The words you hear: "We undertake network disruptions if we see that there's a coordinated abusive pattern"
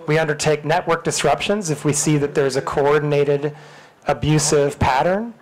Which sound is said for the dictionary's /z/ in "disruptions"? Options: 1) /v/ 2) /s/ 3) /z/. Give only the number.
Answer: 3